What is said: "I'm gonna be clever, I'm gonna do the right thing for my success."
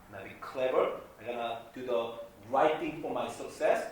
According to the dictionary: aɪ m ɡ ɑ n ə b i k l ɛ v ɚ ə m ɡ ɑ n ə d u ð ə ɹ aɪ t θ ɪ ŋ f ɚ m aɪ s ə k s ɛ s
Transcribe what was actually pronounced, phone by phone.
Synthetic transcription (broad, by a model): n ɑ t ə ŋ k l ɛ v ɚ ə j ɡ ɑ n ə d u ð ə ɹ aɪ t t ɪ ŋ f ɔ m aɪ s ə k s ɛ s